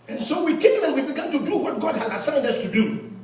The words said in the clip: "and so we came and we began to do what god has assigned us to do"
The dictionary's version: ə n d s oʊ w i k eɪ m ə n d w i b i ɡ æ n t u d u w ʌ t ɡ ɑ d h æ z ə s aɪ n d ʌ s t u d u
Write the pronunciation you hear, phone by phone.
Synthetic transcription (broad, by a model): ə n s oʊ w i k eɪ m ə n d w i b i ɡ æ n t u d u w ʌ t ɡ ɑ d h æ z ə s aɪ n d ʌ s t u d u